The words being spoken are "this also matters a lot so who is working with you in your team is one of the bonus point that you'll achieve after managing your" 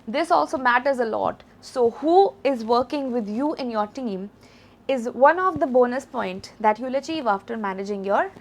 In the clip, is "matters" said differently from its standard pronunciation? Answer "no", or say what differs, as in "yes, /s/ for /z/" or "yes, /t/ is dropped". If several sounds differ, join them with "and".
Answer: no